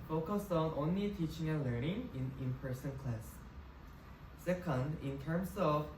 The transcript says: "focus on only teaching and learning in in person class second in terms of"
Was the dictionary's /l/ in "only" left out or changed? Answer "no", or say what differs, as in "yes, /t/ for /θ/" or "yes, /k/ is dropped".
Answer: no